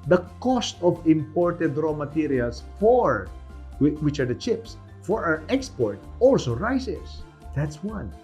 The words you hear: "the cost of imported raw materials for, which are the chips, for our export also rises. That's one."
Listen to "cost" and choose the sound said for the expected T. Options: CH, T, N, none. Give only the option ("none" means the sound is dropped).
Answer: T